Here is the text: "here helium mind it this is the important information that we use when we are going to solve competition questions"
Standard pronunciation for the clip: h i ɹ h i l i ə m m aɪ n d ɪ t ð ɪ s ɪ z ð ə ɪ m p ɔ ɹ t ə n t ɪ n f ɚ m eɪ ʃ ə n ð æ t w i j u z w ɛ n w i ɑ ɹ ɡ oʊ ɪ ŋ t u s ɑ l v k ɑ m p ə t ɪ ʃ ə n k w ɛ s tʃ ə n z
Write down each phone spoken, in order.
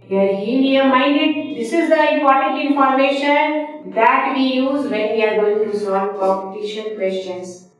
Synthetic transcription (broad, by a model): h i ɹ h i n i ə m m aɪ n d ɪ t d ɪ s ɪ z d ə ɪ m p ɔ ɹ t ə n t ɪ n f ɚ m eɪ ʃ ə n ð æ t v i j u z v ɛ n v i ɑ ɹ ɡ oʊ ɪ ŋ t u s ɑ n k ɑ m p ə t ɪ ʃ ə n k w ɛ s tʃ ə n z